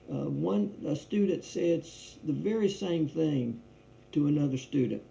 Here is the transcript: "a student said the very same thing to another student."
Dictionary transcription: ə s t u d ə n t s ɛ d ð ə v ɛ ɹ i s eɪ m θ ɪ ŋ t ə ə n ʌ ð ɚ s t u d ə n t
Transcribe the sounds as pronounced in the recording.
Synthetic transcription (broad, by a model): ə s t u d n t s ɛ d ð ə v ɛ ɹ i s eɪ m θ ɪ ŋ t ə ə n ʌ ð ɚ s t u d n t